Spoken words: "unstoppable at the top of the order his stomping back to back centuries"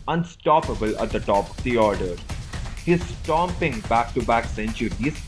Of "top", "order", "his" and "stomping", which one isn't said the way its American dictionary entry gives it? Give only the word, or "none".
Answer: none